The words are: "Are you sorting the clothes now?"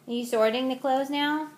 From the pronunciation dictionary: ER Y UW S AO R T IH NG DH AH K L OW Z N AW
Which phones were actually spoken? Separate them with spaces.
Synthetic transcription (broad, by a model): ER Y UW S AO R T IH NG DH AH K L OW Z N AW